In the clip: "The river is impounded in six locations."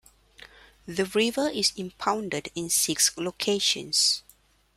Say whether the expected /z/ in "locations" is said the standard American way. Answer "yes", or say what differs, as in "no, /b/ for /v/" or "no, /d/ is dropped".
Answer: no, /s/ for /z/